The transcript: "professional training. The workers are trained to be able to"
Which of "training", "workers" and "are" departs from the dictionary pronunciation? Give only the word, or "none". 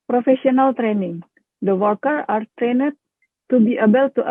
workers